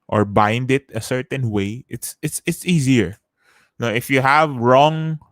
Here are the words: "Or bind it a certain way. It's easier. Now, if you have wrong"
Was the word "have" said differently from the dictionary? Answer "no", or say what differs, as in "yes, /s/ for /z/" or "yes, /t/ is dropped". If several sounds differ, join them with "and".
no